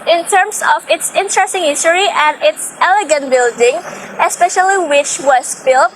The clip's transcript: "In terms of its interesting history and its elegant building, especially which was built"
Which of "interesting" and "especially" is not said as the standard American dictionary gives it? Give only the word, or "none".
none